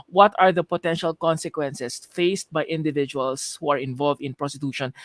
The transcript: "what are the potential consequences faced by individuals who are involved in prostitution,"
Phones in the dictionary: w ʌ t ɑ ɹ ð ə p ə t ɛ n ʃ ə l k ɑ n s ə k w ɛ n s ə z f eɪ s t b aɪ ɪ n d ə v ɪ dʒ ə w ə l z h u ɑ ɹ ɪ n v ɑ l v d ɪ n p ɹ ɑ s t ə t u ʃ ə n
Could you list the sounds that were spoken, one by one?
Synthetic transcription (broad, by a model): w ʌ t ɑ ɹ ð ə p ə t ɛ n ʃ ə l k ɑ n s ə k w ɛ n s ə s f eɪ s t b aɪ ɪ n d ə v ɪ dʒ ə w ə l s h u ɑ ɹ ɪ n v ɑ l v d ɪ n p ɹ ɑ s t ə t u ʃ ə n